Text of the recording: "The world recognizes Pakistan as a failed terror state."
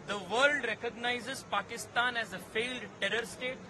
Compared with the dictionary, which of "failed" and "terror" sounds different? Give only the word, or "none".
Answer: none